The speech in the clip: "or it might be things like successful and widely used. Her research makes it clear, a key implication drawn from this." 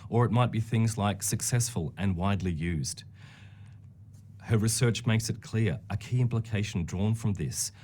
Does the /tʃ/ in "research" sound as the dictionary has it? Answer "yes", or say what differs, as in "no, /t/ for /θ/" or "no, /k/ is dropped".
yes